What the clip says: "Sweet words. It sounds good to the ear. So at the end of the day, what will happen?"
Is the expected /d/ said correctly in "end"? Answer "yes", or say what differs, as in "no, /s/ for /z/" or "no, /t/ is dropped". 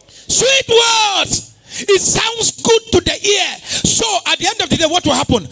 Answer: yes